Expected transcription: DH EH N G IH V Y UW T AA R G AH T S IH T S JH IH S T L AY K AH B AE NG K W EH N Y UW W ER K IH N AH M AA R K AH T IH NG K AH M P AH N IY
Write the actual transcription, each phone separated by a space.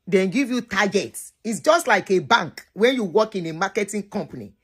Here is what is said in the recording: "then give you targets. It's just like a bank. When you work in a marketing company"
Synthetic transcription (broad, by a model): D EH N G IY V Y UW T AA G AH T S IH T S JH IH S T L AY K AH B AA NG K W EH N Y UW W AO K IH N AH M AA K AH T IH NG K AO M P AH N IY